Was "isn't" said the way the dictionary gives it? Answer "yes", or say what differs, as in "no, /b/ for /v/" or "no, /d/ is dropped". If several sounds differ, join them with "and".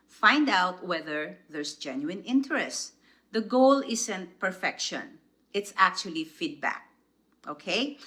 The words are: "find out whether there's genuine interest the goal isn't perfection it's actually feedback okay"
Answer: no, /s/ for /z/